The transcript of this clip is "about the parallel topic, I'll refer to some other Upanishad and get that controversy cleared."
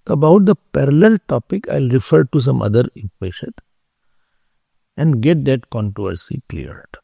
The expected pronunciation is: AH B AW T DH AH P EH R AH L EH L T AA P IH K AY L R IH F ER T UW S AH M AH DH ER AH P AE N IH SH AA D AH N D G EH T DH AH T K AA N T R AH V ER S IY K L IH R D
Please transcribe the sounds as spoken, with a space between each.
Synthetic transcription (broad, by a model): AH B AW T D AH P EH R AH L EH L T AA P IH K AY L R IH F ER T UW S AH M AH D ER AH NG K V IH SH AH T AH N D G EH T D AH T K AA N T R AH V ER S IY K L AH R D